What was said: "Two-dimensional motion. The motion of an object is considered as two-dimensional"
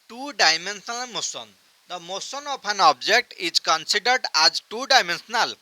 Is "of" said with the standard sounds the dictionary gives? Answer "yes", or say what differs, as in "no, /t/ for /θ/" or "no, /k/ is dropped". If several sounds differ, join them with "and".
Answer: no, /p/ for /v/